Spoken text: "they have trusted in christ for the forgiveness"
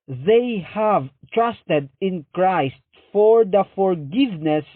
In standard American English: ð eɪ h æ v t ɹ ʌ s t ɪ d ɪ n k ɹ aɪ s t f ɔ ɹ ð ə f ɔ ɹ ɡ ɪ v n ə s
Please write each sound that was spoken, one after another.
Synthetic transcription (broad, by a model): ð eɪ h æ v t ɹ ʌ s t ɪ d ɪ n k ɹ aɪ s t f ɔ ɹ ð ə f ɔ ɹ ɡ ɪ v n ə s